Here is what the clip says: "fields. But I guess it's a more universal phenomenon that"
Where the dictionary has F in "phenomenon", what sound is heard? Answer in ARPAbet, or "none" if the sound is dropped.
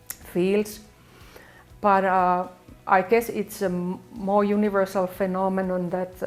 F